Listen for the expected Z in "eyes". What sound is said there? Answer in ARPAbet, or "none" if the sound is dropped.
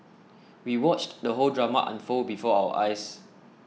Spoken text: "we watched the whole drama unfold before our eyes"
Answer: S